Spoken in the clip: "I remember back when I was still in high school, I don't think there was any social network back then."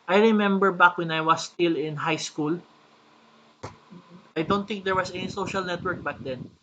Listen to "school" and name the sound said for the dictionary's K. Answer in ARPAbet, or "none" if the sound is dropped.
K